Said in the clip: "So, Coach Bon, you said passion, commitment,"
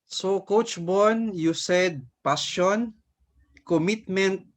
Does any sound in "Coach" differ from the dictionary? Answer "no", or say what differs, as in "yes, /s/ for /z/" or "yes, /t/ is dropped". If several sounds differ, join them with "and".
no